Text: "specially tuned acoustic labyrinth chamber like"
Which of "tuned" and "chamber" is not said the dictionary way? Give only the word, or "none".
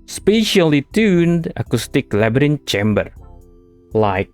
none